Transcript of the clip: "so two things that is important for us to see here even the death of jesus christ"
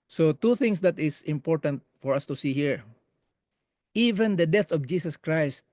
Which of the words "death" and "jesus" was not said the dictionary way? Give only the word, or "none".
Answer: jesus